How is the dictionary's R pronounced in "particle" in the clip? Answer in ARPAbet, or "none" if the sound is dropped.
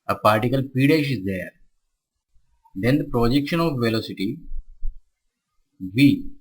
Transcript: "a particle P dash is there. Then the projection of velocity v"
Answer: R